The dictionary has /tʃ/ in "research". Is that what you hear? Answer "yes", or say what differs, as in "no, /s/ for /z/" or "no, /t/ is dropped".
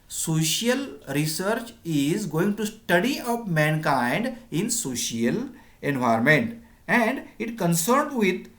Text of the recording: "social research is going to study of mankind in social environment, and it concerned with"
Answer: yes